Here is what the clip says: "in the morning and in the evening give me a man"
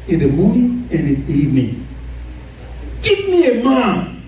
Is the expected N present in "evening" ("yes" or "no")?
yes